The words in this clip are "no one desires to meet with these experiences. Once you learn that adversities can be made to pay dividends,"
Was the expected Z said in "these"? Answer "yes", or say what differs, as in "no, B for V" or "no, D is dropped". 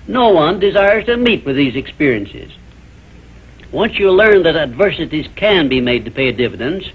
yes